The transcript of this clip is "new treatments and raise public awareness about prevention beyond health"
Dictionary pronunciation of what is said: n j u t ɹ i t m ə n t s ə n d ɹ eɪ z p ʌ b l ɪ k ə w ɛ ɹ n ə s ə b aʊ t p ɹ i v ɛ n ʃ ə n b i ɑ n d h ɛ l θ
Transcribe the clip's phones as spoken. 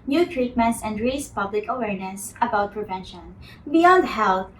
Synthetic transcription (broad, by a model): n j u t ɹ i t m ə n t s ə n d ɹ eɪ s p ʌ b l ɪ k ə w ɛ ɹ n ə s ə b aʊ t p ɹ i v ɛ n ʃ ə n b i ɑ n d h ɛ l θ